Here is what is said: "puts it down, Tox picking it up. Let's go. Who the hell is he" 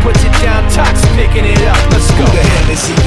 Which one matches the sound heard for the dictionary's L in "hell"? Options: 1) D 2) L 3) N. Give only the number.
3